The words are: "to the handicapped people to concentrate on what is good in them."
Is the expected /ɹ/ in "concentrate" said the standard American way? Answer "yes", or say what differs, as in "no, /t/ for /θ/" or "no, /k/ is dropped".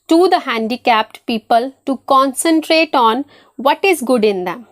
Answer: yes